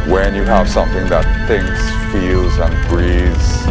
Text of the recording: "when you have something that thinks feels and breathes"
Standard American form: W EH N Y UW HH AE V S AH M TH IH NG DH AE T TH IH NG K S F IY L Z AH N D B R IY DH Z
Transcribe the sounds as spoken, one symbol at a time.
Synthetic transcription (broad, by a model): W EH N Y UW HH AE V S AH M TH IH NG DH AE T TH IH NG S F IY L Z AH N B R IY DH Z